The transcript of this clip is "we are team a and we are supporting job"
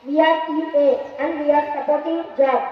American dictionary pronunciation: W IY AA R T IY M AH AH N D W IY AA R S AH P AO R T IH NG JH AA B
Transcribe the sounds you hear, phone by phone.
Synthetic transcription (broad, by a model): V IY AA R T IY AH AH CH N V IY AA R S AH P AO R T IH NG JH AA